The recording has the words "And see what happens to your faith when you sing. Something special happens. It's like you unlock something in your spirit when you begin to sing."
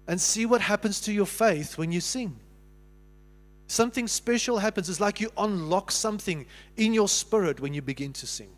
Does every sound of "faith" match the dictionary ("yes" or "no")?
yes